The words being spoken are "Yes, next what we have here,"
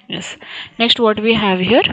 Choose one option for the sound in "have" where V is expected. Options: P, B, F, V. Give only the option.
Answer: V